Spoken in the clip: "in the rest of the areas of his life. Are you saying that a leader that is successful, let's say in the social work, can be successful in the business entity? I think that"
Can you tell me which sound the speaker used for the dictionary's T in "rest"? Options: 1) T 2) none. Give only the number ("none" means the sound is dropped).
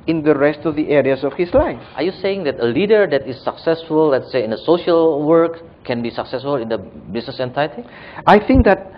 1